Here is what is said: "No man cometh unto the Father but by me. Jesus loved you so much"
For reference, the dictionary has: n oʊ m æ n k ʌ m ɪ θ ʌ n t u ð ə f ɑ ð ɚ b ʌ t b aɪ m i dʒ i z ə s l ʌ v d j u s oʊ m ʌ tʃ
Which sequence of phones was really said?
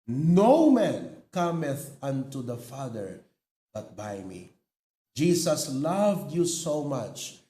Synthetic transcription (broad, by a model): n oʊ m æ n k ʌ m ɪ θ ʌ n t u ð ə f ɑ ð ɚ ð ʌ t b aɪ m i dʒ i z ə s l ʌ v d j u s oʊ m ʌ tʃ